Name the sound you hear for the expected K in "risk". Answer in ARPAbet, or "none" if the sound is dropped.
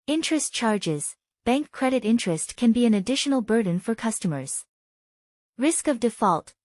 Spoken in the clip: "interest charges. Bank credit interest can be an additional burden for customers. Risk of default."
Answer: K